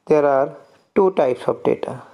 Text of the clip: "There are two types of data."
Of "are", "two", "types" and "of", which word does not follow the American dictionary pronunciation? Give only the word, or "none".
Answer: of